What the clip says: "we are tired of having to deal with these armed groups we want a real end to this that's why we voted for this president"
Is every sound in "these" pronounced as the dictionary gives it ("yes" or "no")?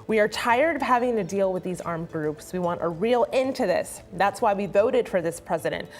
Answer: yes